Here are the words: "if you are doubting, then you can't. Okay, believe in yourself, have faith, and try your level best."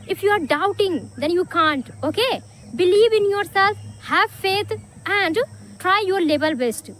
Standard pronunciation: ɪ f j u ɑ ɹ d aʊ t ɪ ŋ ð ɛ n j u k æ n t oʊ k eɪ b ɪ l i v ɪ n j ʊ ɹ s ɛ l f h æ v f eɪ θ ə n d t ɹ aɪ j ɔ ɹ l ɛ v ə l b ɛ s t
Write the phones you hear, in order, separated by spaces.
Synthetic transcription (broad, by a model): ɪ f j u ɑ ɹ d aʊ t ɪ ŋ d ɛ n j u k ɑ n t oʊ k eɪ b ɪ l i v ɪ n j ʊ ɹ s ɛ l f h æ v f eɪ t ə n d t ɹ aɪ j ɔ ɹ l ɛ b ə l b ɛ s t